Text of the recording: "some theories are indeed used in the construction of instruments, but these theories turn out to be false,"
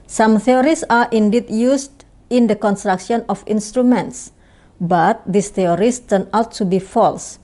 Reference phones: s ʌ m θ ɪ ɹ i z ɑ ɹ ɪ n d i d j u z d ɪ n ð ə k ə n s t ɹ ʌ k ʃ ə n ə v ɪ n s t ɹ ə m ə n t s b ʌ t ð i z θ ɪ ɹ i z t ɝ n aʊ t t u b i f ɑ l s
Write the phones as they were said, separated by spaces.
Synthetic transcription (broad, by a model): s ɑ m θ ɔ ɹ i s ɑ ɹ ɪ n d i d j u s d ɪ n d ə k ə n s t ɹ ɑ k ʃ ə n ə f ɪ n s t ɹ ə m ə n t s b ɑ t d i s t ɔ ɹ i s t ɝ n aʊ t t u b i f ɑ l s